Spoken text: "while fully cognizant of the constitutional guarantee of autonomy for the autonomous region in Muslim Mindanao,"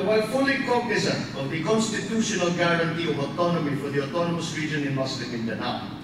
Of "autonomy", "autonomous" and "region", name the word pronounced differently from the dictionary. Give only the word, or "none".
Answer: none